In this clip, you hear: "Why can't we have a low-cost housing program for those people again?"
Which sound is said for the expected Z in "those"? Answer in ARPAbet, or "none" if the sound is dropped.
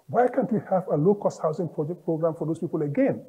S